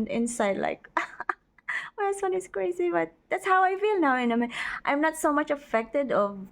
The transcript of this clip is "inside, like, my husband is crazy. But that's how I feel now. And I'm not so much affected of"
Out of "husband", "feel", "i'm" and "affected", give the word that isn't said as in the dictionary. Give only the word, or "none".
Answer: husband